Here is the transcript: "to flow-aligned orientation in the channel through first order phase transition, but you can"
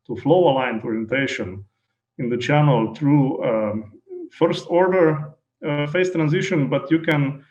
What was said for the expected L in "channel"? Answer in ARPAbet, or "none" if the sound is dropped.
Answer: L